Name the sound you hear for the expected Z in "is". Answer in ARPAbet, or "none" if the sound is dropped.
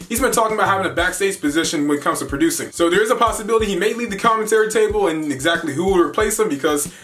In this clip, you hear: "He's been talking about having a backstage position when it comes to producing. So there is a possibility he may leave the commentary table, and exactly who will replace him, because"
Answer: Z